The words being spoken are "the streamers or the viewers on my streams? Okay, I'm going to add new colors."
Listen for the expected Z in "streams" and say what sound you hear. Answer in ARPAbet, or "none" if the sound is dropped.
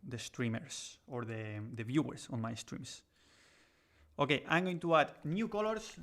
S